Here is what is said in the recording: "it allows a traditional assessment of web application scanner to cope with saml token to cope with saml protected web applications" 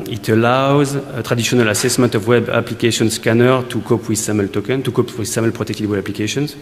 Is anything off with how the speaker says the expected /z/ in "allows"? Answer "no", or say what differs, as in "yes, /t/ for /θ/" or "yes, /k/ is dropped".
no